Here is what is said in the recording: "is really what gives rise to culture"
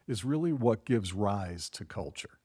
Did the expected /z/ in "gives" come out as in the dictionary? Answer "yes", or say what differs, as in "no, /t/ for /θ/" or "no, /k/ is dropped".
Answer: yes